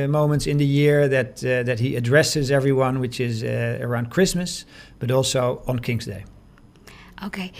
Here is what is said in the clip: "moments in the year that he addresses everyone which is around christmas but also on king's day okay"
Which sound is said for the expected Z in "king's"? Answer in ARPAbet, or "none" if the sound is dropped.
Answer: Z